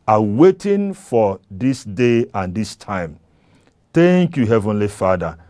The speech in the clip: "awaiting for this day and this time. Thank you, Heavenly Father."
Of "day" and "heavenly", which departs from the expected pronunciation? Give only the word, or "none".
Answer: none